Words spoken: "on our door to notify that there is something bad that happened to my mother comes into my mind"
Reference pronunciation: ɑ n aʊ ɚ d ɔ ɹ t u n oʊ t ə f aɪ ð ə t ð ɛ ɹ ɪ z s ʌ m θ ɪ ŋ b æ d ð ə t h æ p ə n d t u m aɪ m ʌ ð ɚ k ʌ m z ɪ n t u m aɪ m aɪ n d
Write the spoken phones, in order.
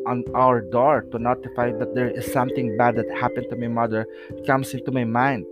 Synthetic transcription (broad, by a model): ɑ n aʊ ɚ d ɔ ɹ t u n oʊ t ə f aɪ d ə t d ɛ ɹ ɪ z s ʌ m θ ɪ ŋ b æ d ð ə t h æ p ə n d t u m aɪ m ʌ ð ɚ k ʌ m s ɪ n t u m aɪ m aɪ n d